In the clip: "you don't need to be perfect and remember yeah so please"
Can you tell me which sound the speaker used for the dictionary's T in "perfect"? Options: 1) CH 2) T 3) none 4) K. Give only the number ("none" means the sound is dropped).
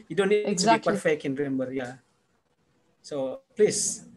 3